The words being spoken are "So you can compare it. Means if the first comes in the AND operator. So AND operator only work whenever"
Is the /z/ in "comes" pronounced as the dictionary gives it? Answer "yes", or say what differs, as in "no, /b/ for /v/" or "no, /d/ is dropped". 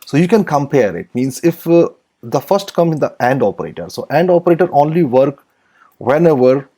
no, /z/ is dropped